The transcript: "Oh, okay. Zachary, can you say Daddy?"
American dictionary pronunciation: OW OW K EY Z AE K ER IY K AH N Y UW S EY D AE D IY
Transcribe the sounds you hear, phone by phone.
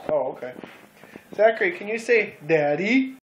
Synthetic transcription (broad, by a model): OW OW K EY S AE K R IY K AH N Y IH S EY D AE D IY